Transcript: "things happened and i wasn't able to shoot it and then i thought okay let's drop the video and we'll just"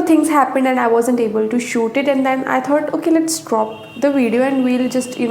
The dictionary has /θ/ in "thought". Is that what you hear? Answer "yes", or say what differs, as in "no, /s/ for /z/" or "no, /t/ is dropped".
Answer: no, /t/ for /θ/